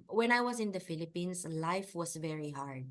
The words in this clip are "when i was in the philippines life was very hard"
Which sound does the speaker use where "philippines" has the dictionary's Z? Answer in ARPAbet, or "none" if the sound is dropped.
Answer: S